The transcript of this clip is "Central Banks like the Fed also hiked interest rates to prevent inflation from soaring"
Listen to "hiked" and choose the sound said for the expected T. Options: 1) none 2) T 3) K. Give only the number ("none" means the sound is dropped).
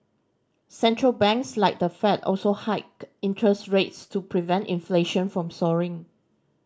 1